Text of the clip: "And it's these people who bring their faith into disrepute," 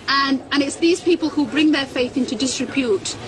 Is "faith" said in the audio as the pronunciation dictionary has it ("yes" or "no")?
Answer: yes